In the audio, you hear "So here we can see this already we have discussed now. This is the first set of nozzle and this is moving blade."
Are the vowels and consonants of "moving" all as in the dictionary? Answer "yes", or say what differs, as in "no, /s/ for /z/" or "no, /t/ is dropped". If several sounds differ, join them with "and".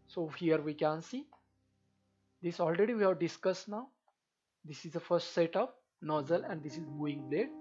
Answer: no, /v/ is dropped